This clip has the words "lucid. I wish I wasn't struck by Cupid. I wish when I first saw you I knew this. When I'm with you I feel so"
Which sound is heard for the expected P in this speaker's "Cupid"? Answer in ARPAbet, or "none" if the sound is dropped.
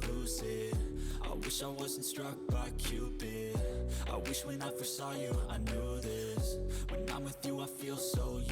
B